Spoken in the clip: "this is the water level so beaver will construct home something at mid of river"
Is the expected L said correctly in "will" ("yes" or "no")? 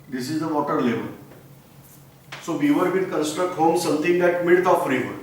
no